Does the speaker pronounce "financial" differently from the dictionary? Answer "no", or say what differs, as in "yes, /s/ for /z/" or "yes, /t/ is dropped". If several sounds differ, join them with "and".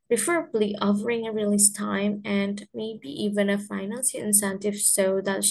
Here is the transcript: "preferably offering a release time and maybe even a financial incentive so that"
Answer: yes, /s/ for /ʃ/